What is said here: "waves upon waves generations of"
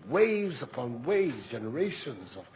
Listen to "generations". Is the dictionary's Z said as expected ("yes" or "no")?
yes